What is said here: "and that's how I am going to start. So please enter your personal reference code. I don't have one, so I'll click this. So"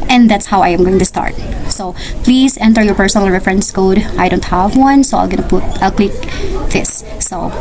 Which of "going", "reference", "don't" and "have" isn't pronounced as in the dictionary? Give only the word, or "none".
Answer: none